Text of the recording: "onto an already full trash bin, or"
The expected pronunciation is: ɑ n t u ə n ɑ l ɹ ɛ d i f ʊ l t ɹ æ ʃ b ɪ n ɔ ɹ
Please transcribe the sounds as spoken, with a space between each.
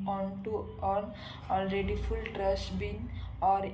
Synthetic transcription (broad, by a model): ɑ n t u ə n ɑ l ɹ ɛ d i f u l t ɹ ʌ s b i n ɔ ɹ